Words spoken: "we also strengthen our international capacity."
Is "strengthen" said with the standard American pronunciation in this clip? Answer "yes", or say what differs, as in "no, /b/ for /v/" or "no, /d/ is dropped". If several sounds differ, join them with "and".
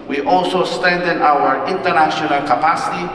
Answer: no, /ɹ/ is dropped